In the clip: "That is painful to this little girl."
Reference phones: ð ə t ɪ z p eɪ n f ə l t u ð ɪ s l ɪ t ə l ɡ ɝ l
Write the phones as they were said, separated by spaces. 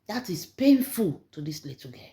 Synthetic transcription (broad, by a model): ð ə t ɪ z p eɪ n f ə l t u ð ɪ s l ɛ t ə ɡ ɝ